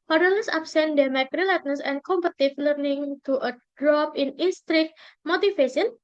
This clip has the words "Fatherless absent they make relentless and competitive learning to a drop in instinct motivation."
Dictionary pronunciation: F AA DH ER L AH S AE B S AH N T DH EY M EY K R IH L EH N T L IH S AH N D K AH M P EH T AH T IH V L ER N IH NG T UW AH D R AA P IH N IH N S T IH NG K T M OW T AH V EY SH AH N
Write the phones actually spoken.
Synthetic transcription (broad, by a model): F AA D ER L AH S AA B S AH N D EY M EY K R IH L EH T N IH S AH N K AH M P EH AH T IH F L ER N IH NG T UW AH D R AA P IH N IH N S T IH K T M OW T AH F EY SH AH N